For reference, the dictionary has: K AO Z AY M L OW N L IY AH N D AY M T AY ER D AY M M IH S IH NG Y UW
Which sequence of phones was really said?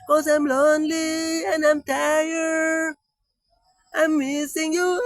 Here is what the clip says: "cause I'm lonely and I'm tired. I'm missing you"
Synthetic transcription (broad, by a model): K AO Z AY M L OW N L IY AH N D AY M T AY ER AY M M IH S IH NG Y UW